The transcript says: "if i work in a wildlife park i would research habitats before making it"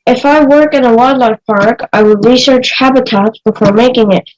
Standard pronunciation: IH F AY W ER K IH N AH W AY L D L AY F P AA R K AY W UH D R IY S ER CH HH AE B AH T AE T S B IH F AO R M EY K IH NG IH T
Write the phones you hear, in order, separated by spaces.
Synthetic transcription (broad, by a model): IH F AY W ER K IH N AH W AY D L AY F P AA R K AY W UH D R IY S ER CH HH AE B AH T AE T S B IH F AO R M EY K IH NG IH T